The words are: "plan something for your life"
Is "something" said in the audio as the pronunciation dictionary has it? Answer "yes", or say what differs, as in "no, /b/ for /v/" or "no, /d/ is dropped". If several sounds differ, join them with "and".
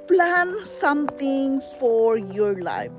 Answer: no, /t/ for /θ/